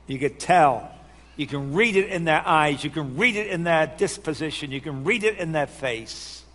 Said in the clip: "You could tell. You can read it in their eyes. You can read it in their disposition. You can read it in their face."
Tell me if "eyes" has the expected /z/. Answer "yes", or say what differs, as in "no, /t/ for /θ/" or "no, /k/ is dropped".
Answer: yes